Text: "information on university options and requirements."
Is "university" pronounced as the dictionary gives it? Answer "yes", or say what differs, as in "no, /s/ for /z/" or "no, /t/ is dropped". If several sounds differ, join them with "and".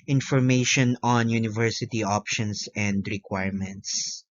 yes